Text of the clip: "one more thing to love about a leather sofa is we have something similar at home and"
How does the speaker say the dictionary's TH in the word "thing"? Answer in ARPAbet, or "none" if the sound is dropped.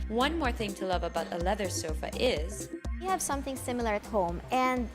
TH